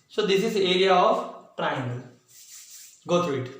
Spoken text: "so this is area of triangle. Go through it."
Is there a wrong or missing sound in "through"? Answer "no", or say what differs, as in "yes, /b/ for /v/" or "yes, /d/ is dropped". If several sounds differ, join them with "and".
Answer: yes, /t/ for /θ/